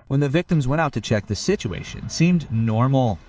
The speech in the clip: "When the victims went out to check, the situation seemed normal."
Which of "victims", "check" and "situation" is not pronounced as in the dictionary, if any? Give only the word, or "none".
none